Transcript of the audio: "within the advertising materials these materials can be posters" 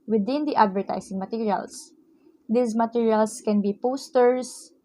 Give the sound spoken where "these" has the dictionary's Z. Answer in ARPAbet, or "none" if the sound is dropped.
S